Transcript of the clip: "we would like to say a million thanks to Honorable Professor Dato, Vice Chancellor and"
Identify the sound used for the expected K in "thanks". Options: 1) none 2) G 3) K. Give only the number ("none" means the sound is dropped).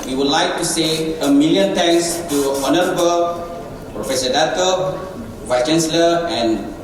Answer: 1